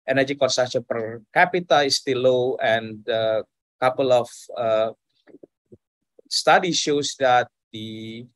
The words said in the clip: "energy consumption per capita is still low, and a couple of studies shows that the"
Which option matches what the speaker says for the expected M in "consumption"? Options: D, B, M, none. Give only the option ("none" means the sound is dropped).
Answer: none